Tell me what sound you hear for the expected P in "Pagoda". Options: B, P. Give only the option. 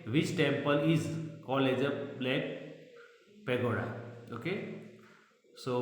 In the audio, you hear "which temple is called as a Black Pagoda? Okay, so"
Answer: P